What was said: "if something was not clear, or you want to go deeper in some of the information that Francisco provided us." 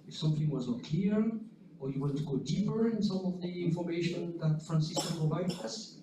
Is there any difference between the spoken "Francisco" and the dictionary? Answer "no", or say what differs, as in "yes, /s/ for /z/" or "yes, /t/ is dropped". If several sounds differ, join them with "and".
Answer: no